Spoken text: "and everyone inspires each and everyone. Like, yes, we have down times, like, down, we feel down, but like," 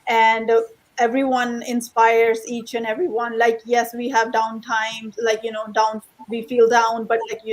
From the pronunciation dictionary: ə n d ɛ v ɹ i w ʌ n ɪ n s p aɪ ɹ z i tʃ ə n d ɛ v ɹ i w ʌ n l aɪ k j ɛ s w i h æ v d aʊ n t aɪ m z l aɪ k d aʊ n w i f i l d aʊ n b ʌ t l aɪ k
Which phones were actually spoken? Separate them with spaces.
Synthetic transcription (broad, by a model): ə n d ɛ v ɹ i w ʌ n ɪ n s p aɪ ɹ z i tʃ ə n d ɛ v ɹ i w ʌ n l aɪ k j ɛ s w i h æ v d aʊ n t aɪ m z l aɪ k d aʊ n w i f i l d aʊ n b ʌ t l aɪ k